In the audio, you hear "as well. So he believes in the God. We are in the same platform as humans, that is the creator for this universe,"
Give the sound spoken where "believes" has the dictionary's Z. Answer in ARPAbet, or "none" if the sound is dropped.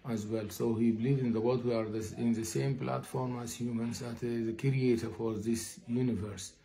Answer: none